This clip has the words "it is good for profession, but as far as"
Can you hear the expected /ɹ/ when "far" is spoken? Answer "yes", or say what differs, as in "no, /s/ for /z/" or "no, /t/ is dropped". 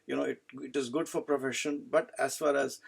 yes